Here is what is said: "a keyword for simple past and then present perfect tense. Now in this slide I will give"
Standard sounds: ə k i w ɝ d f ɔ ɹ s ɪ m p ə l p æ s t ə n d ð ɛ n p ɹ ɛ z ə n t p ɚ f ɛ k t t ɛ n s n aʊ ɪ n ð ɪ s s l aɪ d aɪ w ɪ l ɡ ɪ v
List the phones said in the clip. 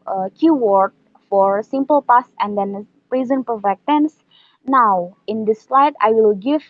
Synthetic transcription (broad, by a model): k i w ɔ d f ɔ ɹ s ɪ m p ə l p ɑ s ə n d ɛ n p ɹ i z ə n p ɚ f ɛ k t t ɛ n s n aʊ ɪ n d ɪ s s l aɪ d aɪ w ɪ l ɡ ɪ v